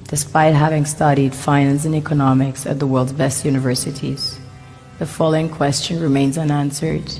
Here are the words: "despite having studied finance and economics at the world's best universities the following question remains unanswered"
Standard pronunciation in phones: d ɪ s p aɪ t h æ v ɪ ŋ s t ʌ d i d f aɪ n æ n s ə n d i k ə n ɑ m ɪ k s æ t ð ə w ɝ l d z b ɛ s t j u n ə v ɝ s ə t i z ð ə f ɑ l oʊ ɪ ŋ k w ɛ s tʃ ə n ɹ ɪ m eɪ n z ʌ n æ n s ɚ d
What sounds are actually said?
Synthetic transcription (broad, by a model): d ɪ s p aɪ t h æ v ɪ ŋ s t ʌ d i d f aɪ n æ n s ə n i k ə n ɑ m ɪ k s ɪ t ð ə w ɝ l d z b ɛ s t j u n ə v ɝ s ə t i z ð ə f ɑ l oʊ ɪ ŋ k w ɛ s tʃ ə n ɹ ɪ m eɪ n z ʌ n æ n s ɚ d